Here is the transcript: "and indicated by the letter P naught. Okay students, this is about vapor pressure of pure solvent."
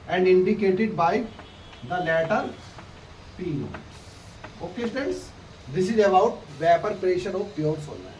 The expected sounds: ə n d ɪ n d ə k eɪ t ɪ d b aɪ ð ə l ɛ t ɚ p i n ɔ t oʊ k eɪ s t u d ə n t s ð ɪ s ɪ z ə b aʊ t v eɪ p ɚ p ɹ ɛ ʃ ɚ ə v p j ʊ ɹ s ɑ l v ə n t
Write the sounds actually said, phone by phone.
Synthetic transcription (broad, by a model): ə n d ɪ n d ə k eɪ t ɪ d b aɪ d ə l ɛ t ɚ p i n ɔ oʊ k eɪ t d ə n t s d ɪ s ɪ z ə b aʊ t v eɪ p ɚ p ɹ ɛ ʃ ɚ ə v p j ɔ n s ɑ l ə